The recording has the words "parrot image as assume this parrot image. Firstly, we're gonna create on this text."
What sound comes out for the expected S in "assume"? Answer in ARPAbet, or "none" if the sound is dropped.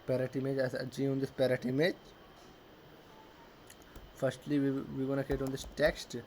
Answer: none